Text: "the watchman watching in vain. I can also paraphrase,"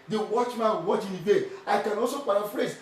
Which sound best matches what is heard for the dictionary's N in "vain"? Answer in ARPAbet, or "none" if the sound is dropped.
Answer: none